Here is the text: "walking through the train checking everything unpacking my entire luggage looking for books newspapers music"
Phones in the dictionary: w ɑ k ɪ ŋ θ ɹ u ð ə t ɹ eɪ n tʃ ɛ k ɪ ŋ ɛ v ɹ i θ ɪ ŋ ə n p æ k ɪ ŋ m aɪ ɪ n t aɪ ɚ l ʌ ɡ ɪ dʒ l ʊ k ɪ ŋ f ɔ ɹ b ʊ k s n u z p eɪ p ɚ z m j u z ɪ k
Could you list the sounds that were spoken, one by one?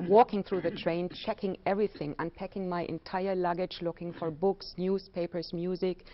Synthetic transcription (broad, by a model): w ɑ k ɪ ŋ θ ɹ u ð ə t ɹ eɪ n tʃ ɛ k ɪ ŋ ɛ v ɹ i θ ɪ ŋ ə n p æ k ɪ ŋ m aɪ ɪ n t aɪ ɚ l ʌ ɡ ɪ dʒ l ʊ k ɪ ŋ f ɔ ɹ b ʊ k s n u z p eɪ p ɚ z m j u z ɪ k